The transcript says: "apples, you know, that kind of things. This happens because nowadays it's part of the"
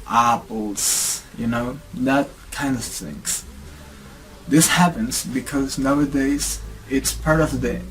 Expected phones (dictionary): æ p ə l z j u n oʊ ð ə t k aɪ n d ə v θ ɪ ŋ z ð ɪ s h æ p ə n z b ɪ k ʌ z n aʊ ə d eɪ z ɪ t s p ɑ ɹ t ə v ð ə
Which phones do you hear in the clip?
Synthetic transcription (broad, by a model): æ p l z j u n oʊ ð ə t k aɪ n d ə v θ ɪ ŋ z ð ɪ s h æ p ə n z b ɪ k ʌ z n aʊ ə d eɪ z ɪ t s p ɑ ɹ t ə v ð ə